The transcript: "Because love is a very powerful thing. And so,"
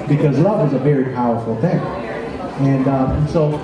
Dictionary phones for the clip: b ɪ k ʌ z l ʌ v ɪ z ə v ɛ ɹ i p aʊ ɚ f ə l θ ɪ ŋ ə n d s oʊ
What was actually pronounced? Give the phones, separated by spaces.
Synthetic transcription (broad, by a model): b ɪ k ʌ z l ʌ v ɪ z ə v ɛ ɹ i p aʊ ɚ f l θ ɪ ŋ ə n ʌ s oʊ